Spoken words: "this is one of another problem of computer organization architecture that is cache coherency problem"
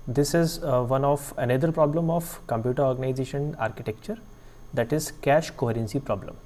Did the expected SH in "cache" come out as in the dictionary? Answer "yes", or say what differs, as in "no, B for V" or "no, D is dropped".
yes